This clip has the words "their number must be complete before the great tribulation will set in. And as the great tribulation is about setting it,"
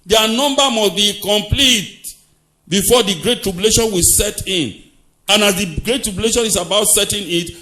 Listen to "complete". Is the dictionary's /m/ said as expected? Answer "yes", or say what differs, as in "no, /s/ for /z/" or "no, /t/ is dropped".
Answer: yes